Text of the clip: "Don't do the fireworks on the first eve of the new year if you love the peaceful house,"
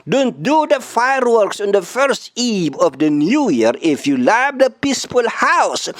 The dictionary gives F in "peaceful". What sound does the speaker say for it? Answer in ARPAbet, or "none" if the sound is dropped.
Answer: P